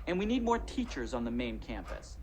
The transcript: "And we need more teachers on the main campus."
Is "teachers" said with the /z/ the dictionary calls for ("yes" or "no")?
yes